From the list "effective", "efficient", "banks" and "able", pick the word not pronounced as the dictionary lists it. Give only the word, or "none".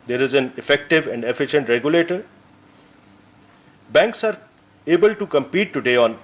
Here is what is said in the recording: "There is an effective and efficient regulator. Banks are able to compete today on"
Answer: none